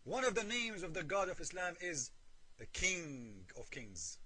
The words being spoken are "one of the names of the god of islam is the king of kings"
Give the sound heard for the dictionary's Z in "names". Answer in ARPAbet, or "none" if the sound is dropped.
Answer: Z